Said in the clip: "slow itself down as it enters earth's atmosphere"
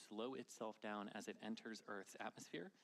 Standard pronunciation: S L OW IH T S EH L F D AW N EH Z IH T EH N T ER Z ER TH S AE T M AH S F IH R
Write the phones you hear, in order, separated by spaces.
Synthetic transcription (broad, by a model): S L OW IH T S EH L F D AW N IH Z IH T EH N T ER Z ER TH S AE T M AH S F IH R